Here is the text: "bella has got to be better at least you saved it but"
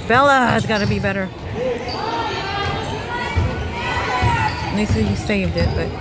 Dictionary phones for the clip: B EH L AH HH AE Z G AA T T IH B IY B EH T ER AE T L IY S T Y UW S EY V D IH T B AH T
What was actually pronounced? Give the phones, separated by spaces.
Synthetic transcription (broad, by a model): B EH L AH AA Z G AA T T IH B IY B EH T ER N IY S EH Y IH S EY V D IH T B AH T